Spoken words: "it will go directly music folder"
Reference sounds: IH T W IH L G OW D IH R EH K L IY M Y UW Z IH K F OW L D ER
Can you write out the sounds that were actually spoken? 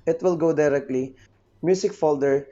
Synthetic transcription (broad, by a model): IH T W IH L G OW D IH R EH K L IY M Y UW S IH K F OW L D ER